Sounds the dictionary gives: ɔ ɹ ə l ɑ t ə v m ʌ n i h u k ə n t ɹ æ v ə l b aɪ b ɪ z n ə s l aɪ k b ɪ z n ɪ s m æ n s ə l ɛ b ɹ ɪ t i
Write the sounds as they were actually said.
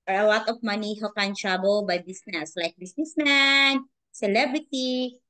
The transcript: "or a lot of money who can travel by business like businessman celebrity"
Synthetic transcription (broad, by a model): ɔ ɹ ə l ɑ t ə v m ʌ n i h u k ə n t ɹ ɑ b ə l b aɪ b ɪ s n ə s l aɪ k b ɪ s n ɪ s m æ n s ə l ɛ b ɹ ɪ t i